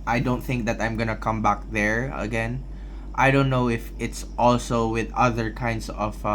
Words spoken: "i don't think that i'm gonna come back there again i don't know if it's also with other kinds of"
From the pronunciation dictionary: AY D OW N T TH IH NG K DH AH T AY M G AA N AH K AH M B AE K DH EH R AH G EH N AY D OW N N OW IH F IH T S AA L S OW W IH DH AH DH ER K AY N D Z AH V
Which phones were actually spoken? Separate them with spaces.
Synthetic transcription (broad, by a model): AY D OW N T TH IH NG K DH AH T AY M G AA N AH K AH M B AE K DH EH R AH G EH N AY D OW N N OW IH F IH T S AA L S OW W IH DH AH DH ER K AY N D S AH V